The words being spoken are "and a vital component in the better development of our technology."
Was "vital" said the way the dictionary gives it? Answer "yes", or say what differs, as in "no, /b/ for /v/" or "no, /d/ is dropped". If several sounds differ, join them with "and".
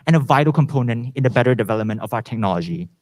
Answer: yes